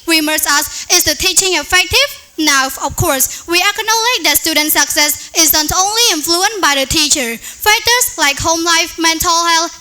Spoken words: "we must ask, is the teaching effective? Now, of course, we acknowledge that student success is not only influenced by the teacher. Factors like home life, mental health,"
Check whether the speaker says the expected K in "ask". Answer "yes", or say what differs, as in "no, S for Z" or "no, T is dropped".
no, K is dropped